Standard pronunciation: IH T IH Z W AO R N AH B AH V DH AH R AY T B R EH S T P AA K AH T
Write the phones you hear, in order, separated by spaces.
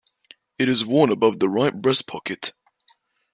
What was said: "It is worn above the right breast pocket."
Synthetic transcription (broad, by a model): IH T IH Z W AO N AH B AH V DH AH R AY T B R EH S P AA K AH T